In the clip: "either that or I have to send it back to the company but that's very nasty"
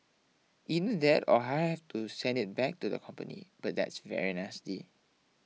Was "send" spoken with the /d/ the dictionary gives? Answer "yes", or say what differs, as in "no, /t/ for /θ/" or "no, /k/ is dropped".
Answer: yes